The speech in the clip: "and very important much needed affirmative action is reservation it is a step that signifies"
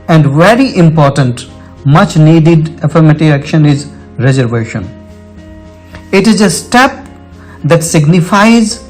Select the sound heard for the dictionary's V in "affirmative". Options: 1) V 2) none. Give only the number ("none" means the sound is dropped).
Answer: 2